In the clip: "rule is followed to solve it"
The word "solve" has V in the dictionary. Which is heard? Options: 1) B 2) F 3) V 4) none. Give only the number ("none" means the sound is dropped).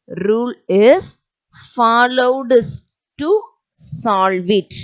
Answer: 3